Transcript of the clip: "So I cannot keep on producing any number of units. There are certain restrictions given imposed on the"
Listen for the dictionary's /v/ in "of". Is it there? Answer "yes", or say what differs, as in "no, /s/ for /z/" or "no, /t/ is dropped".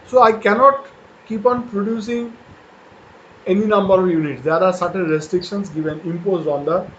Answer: yes